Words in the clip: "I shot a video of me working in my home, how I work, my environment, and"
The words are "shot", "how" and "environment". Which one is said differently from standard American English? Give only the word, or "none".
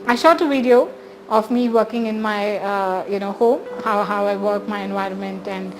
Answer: none